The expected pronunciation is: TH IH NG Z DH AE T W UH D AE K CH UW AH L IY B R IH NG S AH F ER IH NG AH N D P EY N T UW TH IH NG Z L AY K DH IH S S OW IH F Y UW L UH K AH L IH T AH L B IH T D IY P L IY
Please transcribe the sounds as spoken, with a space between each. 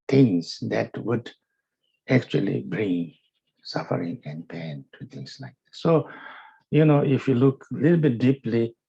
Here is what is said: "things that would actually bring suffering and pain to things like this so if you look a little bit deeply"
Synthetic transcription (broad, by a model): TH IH NG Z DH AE T W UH D AE K CH UW AH L IY B R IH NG S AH F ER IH NG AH N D P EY N T UW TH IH NG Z L AY K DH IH S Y OW IH F Y UW L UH K AH L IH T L B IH T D IY P L IY